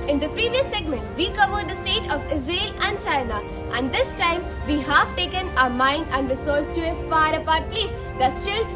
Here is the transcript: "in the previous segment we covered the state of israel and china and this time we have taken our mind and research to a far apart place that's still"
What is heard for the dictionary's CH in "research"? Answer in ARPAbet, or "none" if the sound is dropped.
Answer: S